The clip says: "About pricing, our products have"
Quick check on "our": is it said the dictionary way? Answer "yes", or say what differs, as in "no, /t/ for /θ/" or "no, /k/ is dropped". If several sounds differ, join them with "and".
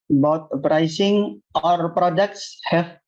yes